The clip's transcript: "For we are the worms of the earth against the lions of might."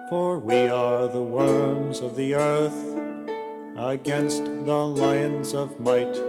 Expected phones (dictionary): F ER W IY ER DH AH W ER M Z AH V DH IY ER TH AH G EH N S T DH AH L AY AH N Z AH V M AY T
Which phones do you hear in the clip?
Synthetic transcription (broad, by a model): F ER W IY ER DH AH W ER M Z AH V DH IY ER TH AH G EH N S T DH AH L AY AH N Z AH V M AY T